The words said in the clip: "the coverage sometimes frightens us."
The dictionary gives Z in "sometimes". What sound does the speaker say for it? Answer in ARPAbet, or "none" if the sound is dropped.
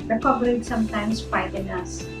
S